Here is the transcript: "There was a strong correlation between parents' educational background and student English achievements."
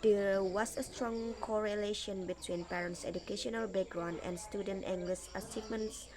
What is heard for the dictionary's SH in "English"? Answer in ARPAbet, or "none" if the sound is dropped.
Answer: S